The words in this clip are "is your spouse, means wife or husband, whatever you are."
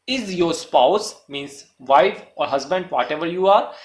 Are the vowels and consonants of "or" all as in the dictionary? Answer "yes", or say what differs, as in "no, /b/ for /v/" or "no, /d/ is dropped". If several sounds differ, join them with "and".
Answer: yes